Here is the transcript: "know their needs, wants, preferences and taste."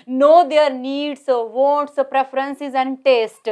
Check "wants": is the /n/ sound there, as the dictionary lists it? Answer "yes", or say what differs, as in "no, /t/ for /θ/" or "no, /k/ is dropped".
no, /n/ is dropped